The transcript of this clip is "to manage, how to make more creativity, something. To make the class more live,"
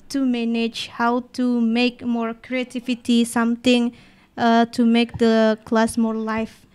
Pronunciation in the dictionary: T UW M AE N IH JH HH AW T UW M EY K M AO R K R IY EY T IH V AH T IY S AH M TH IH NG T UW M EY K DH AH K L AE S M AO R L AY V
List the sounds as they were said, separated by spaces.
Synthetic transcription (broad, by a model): T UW M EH N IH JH HH AW T UW M EY K M AO R K R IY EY T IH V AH T IY S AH M T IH NG T UW M EY K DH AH K L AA S M AO R L AY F